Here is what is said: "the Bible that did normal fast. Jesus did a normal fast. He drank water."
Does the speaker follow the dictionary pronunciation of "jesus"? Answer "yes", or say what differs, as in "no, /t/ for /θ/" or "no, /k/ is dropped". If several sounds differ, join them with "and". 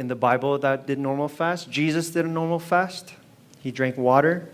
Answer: yes